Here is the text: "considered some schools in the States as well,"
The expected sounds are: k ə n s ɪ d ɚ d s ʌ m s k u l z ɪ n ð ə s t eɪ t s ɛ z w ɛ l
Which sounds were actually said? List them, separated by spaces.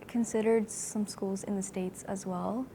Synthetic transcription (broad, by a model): k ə n s ɪ d ɚ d s ʌ m s k u l z ɪ n ð ə s t eɪ t s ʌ z w ɛ l